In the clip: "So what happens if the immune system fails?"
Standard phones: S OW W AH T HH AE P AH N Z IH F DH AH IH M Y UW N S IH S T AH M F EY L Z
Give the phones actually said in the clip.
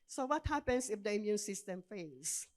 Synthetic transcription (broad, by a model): S OW W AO T HH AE P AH N S IH F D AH IH M Y UW N S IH S T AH M F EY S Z